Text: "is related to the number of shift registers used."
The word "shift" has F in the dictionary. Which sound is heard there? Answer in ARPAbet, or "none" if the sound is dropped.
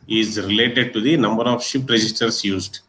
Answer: P